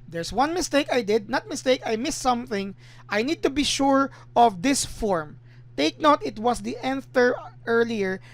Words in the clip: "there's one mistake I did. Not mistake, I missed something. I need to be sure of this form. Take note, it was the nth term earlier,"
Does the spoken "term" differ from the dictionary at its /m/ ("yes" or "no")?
yes